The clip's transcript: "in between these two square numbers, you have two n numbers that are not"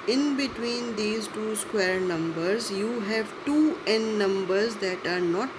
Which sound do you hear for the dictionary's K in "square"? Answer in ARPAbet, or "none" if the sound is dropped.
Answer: K